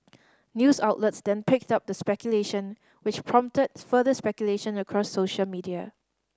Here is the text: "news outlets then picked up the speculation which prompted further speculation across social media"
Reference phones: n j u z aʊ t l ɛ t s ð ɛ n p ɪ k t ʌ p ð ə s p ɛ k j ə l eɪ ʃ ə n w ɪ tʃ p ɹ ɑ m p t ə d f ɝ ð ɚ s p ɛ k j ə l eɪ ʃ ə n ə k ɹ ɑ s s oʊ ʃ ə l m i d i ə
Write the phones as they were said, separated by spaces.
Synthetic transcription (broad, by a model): n j u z aʊ t l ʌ t s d ɛ n p ɪ k t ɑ p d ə s p ɛ k j ə l eɪ ʃ ə n w ɪ tʃ p ɹ ɑ m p t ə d f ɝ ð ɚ s p ɛ k j ə l eɪ ʃ ə n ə k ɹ ɑ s s oʊ ʃ ə l m i d i ə